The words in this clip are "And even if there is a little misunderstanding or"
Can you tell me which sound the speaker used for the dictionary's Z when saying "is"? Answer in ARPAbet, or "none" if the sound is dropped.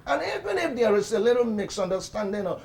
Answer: S